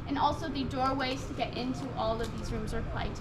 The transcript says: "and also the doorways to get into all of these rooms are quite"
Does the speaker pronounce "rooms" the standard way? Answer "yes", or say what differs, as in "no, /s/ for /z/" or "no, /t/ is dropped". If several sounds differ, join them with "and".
yes